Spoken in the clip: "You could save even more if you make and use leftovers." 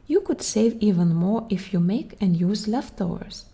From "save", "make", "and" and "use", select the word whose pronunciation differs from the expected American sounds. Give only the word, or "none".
none